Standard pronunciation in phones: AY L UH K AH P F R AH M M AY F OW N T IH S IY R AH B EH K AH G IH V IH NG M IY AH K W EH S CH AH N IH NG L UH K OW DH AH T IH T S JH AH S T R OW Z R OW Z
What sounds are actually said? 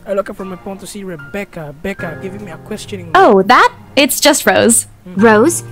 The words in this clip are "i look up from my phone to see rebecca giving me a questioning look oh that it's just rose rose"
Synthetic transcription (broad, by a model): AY L UH K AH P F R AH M M AY P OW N T IH S IY R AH B EH K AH G IH V IH NG M IY AH K W EH S CH AH N IH NG OW DH AH T IH T S JH AH S T R OW Z R OW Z